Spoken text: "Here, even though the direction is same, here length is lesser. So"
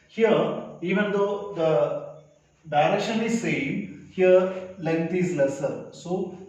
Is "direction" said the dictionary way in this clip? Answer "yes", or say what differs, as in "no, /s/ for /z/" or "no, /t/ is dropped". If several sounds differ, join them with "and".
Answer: no, /k/ is dropped